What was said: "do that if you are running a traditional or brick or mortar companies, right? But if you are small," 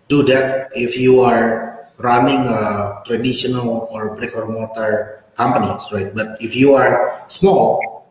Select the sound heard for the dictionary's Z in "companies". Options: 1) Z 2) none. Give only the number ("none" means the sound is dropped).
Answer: 2